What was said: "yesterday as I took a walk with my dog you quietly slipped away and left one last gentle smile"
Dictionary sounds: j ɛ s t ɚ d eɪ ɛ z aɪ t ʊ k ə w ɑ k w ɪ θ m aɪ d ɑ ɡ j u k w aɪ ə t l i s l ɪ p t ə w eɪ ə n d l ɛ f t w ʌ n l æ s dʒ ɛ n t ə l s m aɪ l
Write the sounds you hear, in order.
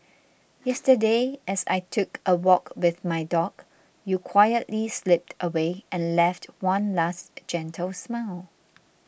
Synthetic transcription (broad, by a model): j ɛ s t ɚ d eɪ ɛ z aɪ t ʊ k ə w ɑ k w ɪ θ m aɪ d ɑ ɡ j u k w aɪ ə t l i s l ɪ p t ə w eɪ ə n l ɛ f t w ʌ n l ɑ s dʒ ɛ n t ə l s m aɪ l